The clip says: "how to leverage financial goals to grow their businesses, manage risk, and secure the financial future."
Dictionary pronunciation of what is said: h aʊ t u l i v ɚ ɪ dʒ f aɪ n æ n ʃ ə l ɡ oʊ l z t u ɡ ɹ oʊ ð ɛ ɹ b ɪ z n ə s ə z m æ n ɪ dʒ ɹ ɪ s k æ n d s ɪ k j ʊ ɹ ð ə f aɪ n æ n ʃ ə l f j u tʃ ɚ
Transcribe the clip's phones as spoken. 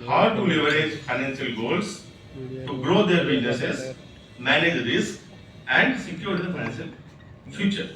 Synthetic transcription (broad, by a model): h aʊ t u l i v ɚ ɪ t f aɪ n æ n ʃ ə l ɡ oʊ l s t u ɡ ɹ oʊ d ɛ ɹ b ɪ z n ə s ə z m æ n ɪ dʒ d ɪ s æ n d s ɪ k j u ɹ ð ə f aɪ n æ n ʃ ə l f j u tʃ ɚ